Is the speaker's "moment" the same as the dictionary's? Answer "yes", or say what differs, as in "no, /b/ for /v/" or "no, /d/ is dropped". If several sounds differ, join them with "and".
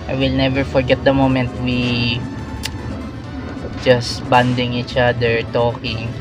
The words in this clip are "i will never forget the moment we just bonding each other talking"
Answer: yes